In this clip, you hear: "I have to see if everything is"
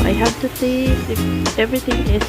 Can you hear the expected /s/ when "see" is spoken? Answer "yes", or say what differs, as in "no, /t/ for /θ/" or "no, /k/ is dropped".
no, /θ/ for /s/